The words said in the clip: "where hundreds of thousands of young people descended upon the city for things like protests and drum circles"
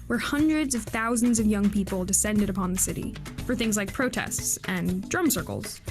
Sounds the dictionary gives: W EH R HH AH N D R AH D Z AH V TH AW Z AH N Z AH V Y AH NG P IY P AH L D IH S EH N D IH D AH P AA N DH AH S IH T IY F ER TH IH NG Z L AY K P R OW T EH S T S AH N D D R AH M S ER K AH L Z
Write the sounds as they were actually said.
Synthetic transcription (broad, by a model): W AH R HH AH N D R AH D Z AH V TH AW Z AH N Z AH V Y AH NG P IY P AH L D IH S EH N D IH D AH P AA N DH AH S IH T IY F ER TH IH NG Z L AY K P R OW T EH S T S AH N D D R AH M S ER K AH L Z